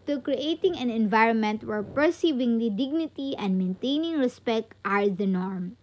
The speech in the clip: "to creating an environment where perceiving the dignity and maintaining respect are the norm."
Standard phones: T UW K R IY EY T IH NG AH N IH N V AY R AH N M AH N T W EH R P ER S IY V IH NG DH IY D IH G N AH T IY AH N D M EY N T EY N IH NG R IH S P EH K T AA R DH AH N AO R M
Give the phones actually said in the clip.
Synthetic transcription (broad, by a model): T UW K R IY EY T IH NG AH N IH N V AY R AH N M AH N T W EH R P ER S IY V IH NG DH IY D IH G N AH T IY AH N D M EY N T EY N IH NG R IH S P EH K T AA R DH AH N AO R M